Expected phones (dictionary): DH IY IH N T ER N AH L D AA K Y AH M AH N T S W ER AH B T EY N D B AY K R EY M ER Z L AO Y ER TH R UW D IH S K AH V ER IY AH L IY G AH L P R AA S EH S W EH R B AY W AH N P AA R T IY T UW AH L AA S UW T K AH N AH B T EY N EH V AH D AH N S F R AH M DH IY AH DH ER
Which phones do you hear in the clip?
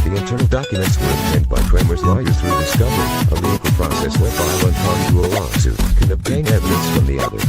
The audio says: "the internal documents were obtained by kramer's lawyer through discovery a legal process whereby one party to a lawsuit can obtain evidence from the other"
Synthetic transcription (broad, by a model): DH IY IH N T ER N L D AA K Y AH M AH N T S W ER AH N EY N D B AY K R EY M ER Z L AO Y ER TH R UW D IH S K AH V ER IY AH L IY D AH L P R AA S EH S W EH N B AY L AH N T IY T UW AH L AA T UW K AH N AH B T EY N EH V AH D AH N S F R AH M DH IY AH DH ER